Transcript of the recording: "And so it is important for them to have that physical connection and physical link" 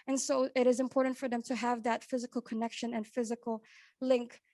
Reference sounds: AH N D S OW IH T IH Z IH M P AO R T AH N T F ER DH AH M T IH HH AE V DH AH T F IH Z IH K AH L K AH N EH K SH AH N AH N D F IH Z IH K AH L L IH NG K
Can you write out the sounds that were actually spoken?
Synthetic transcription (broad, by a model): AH N S OW IH T IH Z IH M P AO R T N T F ER DH AH M T IH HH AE V DH AH T F IH Z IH K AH L K AH N EH K SH AH N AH N F IH Z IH K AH L L IH NG K